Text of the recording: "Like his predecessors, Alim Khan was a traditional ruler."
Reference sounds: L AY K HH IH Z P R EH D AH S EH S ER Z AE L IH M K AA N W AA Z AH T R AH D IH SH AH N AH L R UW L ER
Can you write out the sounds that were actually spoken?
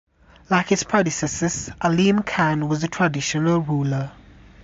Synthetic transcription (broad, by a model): L AY K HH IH S P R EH D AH S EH S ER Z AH L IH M K AA N W AA Z AH T R AH D IH SH AH N AH L R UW L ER